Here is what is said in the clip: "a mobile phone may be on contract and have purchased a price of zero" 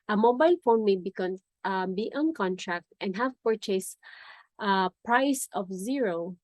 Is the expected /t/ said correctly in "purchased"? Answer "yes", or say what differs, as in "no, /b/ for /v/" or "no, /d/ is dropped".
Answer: yes